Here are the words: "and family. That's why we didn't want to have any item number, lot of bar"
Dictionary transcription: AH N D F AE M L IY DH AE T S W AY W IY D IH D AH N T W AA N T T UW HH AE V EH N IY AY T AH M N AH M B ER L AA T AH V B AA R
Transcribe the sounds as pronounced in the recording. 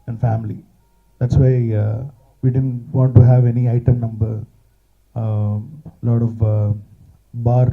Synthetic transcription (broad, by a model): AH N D F AE M L IY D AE T S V AY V IY D IH D AH N T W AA N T T UW HH AE V EH N IY AY T AH M N AH M B ER L AA T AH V B AA R